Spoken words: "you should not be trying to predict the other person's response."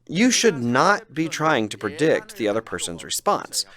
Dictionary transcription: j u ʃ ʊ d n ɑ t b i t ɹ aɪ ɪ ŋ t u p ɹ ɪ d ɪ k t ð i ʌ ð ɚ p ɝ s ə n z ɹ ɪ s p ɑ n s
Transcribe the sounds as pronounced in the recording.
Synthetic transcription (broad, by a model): j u ʃ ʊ d n ɑ t b i t ɹ aɪ ɪ ŋ t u p ɹ ɪ d ɪ k t ð i ʌ ð ɚ p ɝ s ə n z ɹ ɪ s p ɑ n s